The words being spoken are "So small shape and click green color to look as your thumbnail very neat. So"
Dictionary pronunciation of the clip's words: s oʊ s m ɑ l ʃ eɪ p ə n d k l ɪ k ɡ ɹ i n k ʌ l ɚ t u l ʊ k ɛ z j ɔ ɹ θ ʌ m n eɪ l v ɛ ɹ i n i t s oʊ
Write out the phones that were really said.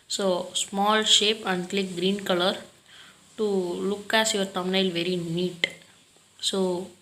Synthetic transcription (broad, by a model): s oʊ s m ɑ l ʃ eɪ p ə n d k l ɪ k ɡ ɹ i n k ʌ l ɚ t u l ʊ k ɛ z j ɔ ɹ t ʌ m n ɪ l v ɛ ɹ i n i t s oʊ